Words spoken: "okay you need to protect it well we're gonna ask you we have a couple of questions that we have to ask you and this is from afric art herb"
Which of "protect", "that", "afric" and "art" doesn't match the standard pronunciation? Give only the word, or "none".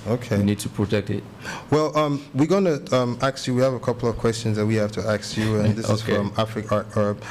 art